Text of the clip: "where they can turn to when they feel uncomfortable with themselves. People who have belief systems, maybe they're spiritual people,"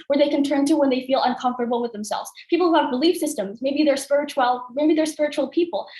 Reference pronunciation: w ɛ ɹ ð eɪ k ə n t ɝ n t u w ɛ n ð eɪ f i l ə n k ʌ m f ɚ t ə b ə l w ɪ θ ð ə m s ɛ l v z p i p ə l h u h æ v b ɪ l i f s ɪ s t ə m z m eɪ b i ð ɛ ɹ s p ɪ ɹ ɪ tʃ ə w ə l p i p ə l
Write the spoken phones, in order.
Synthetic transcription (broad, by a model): w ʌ ɹ ð eɪ k ə n t ɝ n t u w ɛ n ð eɪ f i l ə n k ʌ m f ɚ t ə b l w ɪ ð ə m s ɛ l v z p i p l h u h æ v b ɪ l i f s ɪ s t ə m z m eɪ b i ð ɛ ɹ s p ɪ ɹ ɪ tʃ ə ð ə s p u p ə l